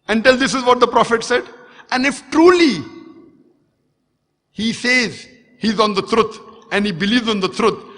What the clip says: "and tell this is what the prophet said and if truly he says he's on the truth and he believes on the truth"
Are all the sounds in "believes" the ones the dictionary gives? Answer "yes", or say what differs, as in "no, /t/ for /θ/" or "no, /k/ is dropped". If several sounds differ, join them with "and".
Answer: yes